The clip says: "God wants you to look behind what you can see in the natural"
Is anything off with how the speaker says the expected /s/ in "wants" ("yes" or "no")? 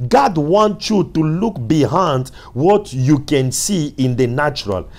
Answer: yes